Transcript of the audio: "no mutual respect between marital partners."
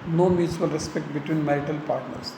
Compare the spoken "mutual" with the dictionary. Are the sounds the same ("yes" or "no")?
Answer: no